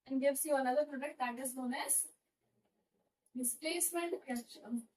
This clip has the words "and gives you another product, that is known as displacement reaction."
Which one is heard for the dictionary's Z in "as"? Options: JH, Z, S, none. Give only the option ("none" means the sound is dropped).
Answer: S